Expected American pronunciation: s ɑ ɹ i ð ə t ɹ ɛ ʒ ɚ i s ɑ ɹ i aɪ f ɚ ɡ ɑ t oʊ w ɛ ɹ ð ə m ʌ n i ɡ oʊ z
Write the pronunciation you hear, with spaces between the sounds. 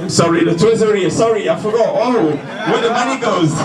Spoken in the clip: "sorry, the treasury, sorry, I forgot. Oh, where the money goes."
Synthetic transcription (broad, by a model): s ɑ ɹ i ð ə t ɛ z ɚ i s ɑ ɹ i aɪ f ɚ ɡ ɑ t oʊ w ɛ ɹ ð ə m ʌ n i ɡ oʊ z